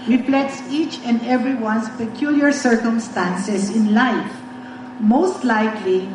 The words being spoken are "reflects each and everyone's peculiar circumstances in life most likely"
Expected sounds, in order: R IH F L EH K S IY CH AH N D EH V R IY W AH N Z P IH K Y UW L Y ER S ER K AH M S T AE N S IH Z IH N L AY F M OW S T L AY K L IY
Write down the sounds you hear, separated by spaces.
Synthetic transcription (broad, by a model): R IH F L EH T S IY CH AH N D EH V R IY W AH N S P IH K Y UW L Y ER S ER K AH M S T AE N S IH S IH N L AY F M OW S T L AY K L IY